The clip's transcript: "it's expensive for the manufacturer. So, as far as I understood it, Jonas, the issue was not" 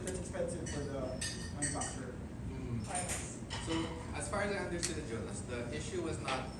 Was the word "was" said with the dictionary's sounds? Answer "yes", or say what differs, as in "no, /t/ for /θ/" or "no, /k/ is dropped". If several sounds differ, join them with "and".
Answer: yes